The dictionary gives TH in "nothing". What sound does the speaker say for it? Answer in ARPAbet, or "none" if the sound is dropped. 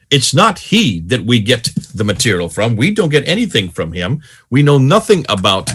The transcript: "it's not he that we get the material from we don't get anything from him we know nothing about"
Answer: TH